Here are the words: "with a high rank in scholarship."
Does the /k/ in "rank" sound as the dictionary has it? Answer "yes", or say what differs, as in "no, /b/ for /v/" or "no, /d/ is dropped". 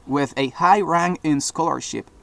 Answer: no, /k/ is dropped